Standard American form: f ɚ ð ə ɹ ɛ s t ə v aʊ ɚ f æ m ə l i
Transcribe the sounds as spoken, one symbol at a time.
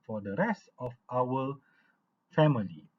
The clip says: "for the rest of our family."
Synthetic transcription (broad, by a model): f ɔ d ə ɹ ɛ s t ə f aʊ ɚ f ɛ m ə l i